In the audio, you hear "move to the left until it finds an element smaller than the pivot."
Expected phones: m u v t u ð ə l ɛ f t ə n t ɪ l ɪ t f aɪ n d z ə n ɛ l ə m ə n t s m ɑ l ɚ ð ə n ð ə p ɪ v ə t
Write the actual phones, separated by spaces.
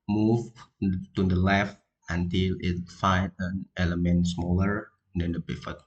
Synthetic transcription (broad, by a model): m u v t u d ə l ɛ f t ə n t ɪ l ɪ t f aɪ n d ə n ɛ l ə m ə n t s m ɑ l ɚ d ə n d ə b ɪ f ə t